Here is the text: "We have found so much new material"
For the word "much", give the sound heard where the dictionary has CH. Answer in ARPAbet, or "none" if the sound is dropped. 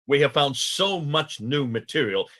CH